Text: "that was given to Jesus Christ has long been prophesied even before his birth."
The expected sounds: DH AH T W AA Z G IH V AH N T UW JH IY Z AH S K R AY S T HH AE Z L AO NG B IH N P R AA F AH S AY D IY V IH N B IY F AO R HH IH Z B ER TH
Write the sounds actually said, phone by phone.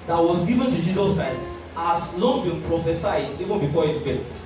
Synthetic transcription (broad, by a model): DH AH T W AA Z G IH V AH N T UW JH IY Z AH S K R AY S T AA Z N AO B IH N P R AA F AH S AY D IY V IH N B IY F AO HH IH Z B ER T